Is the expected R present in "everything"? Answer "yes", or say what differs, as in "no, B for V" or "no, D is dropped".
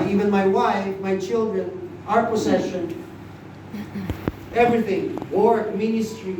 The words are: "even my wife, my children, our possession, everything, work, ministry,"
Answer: yes